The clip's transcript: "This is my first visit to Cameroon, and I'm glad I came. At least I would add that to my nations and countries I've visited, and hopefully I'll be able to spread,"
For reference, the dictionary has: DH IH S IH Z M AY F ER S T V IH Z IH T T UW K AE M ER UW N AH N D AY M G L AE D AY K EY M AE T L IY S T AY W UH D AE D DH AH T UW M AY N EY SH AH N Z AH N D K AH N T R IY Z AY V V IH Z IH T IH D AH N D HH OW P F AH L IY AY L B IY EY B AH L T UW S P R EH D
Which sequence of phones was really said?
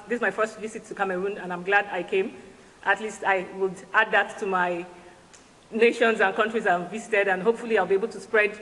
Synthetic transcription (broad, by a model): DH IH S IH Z M AY F ER S T V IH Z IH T T UW K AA M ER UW N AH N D AY M G L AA D AY K EY M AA T L IY S T AY W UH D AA D DH AH T UW M AY N EY SH AH N Z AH N K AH N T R IY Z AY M V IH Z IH T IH D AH N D HH OW P F AH L IY AY L B IY EY B AH L T UW S P R EH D